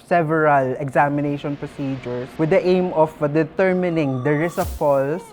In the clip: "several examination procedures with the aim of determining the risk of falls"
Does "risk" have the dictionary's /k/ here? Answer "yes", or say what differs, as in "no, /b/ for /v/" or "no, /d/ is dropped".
no, /k/ is dropped